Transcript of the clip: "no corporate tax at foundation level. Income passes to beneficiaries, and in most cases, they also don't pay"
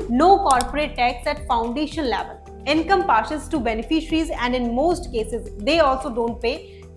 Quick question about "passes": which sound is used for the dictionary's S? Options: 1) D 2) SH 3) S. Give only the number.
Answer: 2